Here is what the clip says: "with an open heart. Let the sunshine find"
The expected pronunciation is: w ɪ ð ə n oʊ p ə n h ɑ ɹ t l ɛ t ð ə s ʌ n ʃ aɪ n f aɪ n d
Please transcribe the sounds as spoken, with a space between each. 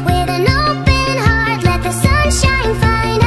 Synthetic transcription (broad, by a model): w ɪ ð ə n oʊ b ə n h ɑ ɹ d l ɛ t ð ə s ʌ n ʃ aɪ n f aɪ n d